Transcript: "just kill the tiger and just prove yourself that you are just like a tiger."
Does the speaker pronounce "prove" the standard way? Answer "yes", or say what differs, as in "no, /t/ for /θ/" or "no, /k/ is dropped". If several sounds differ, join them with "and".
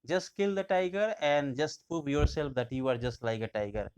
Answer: no, /ɹ/ is dropped